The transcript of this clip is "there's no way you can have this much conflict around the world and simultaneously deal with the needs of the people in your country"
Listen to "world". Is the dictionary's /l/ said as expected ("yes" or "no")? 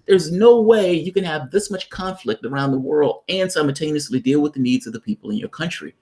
yes